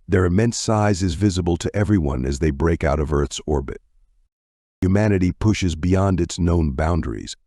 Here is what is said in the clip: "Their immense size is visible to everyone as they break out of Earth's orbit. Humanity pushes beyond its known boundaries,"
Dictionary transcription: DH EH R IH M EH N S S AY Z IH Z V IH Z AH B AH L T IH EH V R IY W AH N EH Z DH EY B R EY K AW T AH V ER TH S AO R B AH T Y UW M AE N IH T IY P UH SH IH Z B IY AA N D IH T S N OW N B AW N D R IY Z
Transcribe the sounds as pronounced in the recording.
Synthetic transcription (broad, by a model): DH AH R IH M EH N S S AY Z IH Z V IH Z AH B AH L T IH EH V R IY W AH N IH Z DH EY B R EY K AW T AH V ER TH S AO R B AH T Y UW M AE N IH T IY P UH SH IH Z B IY AA N D IH T S N OW N B AW N D R IY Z